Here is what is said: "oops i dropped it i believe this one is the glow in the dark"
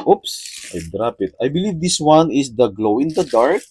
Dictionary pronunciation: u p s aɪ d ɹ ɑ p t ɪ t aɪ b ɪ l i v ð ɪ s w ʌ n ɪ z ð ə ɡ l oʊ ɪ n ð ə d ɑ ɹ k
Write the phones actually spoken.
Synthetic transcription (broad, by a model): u p s aɪ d ɹ ɑ p ɪ t aɪ b ɪ l i v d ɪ s w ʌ n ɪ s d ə ɡ l oʊ ɪ n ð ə d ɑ ɹ k